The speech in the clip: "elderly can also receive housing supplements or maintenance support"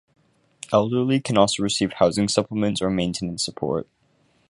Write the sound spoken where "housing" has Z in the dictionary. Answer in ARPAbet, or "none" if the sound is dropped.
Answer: Z